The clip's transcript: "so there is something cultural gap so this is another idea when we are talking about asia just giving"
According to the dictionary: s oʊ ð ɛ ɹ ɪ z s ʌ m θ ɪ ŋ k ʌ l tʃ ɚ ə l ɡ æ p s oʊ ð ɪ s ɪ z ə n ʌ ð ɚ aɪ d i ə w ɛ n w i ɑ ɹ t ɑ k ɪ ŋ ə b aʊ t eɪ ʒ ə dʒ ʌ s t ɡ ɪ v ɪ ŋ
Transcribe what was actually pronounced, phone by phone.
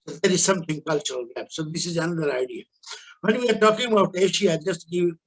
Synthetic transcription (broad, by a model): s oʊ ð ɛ ɹ ɪ z s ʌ m t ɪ ŋ k ʌ l tʃ ɚ ə l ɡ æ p s oʊ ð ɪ s ɪ z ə n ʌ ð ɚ aɪ d i ə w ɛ n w i ɑ ɹ t ɑ k ɪ ŋ ə b aʊ t eɪ ʃ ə dʒ ʌ s t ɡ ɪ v